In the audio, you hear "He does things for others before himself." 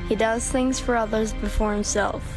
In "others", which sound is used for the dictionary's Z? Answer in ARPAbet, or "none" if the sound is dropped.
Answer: Z